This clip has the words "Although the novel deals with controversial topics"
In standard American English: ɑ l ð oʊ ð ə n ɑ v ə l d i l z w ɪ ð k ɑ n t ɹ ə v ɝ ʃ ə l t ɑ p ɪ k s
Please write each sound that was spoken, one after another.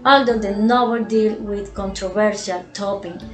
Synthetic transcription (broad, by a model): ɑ l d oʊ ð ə n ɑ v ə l d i l w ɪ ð k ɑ n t ɹ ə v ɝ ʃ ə l t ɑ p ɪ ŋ